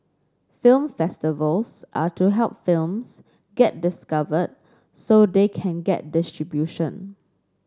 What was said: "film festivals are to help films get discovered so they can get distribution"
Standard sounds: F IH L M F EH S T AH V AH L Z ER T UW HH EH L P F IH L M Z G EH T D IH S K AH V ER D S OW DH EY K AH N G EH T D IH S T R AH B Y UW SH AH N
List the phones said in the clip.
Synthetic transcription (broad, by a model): F IH L M F EH S T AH V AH L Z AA T UW HH EH L P F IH L M S G EH T D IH S K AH V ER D S OW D EY K AH N G EH T D IH S T R AH B Y UW SH AH N